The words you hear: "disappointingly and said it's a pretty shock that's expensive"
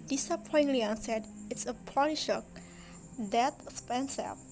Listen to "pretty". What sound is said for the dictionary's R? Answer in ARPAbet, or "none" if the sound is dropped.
none